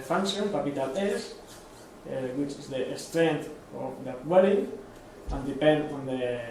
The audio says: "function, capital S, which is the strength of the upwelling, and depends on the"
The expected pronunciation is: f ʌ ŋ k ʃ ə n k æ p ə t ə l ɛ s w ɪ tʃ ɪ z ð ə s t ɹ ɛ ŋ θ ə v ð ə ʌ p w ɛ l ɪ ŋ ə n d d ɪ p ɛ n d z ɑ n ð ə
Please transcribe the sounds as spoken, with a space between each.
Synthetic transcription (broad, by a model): f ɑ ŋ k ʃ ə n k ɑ p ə t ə l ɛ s w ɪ tʃ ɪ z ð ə s t ɹ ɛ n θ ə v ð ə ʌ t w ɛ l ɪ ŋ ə n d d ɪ p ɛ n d ɑ n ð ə